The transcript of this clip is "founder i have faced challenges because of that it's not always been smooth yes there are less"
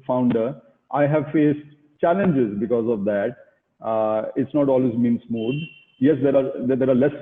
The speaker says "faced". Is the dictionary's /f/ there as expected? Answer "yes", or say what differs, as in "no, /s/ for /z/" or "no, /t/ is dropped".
yes